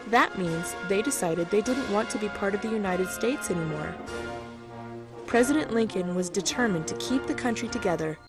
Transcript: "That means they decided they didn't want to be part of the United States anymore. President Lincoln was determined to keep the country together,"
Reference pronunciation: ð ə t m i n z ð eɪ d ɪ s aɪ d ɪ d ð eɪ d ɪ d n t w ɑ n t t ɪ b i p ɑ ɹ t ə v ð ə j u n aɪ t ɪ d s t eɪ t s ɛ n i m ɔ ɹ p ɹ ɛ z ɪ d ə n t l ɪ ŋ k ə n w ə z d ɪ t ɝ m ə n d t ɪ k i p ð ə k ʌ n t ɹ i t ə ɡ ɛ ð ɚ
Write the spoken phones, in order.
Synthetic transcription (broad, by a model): ð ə t m i n z ð eɪ d ɪ s aɪ d ɪ d ð eɪ d ɪ d n t w ɑ n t t ɪ b i p ɑ ɹ t ə v ð ə j u n aɪ t ɪ d s t eɪ t s ɛ n i m ɔ ɹ p ɹ ɛ z ɪ d ə n t l ɪ ŋ k ə n w ə z d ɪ t ɝ m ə n t ɪ k i p ð ə k ʌ n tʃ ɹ i t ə ɡ ɛ ð ɚ